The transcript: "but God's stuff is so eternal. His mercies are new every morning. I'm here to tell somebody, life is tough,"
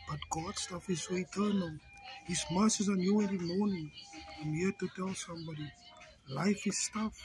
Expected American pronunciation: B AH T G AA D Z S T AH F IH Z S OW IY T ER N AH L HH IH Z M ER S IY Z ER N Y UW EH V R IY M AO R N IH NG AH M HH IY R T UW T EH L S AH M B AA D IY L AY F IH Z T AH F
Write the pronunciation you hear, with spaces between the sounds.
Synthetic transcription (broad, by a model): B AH T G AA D S T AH F IH Z S OW IY T ER N AH L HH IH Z M ER S IY Z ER N Y UW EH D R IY M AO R N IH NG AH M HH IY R T UW T EH L S AH M B AA D IY L AY F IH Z T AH F